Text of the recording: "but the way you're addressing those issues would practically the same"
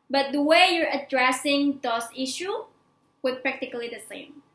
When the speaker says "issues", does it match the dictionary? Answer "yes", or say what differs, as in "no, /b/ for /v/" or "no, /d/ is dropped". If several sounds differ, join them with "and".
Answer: no, /z/ is dropped